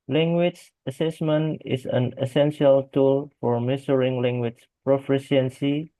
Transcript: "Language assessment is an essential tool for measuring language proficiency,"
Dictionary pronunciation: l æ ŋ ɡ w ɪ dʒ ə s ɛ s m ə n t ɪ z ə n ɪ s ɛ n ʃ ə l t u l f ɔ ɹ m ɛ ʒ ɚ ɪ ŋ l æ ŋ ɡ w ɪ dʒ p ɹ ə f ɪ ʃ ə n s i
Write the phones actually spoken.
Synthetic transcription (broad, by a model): l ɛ ŋ ɡ w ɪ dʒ ə s ɛ s m ə n t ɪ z ə n ɪ s ɛ n ʃ ə l t u l f ɔ ɹ m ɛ s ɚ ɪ ŋ l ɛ ŋ ɡ w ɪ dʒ p ɹ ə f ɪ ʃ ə n s i